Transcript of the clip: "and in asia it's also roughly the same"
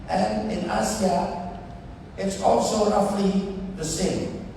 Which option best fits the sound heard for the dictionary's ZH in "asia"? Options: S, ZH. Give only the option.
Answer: S